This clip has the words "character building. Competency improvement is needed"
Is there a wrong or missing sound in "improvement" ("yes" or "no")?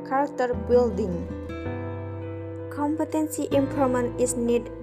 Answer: yes